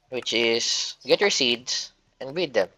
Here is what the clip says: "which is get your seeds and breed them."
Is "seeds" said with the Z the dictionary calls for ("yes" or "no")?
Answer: no